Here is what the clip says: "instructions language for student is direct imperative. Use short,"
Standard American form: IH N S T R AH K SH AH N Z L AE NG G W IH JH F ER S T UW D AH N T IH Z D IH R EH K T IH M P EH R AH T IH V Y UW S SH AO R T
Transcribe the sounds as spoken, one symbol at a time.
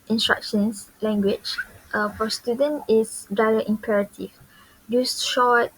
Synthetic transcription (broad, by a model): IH N S T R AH K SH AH N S L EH NG G W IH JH F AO S T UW D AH N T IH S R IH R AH T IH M P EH R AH T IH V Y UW S SH AO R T